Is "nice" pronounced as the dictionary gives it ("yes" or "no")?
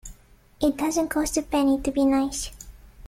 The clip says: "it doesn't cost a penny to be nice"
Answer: yes